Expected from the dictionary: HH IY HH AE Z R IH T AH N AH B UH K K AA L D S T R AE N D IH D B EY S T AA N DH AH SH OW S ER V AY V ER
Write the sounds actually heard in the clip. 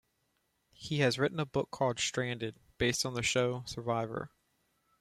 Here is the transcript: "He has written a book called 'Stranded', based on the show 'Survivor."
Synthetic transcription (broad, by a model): HH IY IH Z R IH T N AH B UH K K AA D S T R AE N D IH D B EY S T N DH AH SH OW S ER V AY V ER